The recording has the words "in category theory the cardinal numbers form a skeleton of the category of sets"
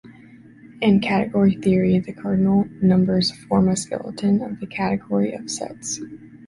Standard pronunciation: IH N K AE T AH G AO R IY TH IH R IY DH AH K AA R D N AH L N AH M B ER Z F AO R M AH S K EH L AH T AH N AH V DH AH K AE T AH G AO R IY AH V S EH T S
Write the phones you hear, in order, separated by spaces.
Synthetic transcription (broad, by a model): IH N K AE T AH G AO R IY TH IH R IY DH AH K AA R D N L N AH M B ER Z F AO R M AH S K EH L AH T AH N AH V DH AH K AE T AH G AO R IY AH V S EH T S